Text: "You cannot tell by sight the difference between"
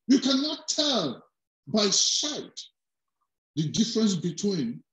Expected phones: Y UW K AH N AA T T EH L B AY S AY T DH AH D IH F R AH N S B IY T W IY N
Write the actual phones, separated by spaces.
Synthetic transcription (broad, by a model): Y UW K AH N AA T T EH L B AY SH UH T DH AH D IH F R AH N S B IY T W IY N